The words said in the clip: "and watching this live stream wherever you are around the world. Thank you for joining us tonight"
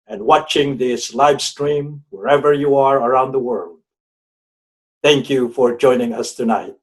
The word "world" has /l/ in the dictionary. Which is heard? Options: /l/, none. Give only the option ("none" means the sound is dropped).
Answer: /l/